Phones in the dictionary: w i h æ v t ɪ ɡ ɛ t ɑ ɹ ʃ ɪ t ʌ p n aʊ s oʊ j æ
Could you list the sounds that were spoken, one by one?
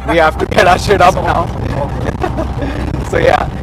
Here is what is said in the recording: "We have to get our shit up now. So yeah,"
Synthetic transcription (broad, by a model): w i h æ f t ɪ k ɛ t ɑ ʃ ɪ t ʌ p n aʊ s oʊ j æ